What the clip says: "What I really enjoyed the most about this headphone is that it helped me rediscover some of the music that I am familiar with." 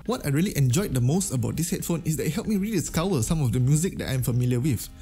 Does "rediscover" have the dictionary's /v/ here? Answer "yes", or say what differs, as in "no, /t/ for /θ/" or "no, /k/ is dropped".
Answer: no, /w/ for /v/